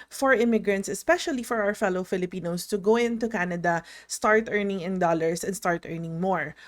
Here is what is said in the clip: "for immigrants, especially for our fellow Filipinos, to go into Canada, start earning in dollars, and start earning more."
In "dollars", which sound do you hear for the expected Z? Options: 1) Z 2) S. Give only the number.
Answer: 2